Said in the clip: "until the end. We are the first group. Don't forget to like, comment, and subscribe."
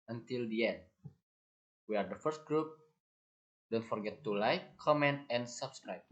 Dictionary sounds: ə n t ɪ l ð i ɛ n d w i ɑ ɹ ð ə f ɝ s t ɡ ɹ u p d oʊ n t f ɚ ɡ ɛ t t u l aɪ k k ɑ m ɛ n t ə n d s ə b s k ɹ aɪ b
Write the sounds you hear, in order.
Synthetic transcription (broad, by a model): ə n t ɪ l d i ɛ n d w i ɑ ɹ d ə f ɝ s t ɡ ɹ u p d oʊ n t f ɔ ɡ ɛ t t u l aɪ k k ɑ m ɛ n t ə n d s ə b s k ɹ aɪ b